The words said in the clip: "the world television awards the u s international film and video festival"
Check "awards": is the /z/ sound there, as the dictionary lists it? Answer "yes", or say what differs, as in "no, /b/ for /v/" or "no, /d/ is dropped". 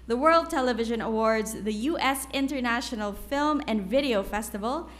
yes